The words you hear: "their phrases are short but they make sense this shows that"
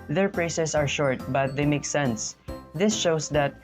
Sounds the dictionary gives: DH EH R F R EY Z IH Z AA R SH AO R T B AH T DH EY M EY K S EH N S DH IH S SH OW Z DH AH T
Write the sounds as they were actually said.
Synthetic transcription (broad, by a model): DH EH R P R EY S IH S AA R SH AO R T B AH T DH EY M EY K S EH N S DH IH S SH OW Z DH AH T